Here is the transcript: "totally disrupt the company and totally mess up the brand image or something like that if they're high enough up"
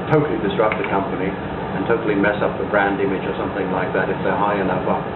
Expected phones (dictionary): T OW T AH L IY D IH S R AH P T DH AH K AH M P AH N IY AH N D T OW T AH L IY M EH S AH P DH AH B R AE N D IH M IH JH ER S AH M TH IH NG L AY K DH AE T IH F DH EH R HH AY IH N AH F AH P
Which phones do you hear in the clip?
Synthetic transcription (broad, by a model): T OW T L IY D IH S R AH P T DH AH K AH M P AH N IY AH N T OW T L IY M EH S AH P DH AH B R AE N D IH M IH JH ER S AH M TH IH NG L AY K DH AE T IH F DH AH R HH AY IH N AH F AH